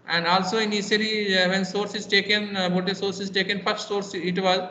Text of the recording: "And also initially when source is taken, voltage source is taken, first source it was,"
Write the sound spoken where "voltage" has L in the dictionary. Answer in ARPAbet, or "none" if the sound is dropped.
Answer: none